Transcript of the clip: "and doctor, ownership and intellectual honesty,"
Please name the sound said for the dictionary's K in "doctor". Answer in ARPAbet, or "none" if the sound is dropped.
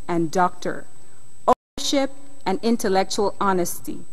K